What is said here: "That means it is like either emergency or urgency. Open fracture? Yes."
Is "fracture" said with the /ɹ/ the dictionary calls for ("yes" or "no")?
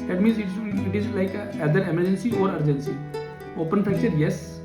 no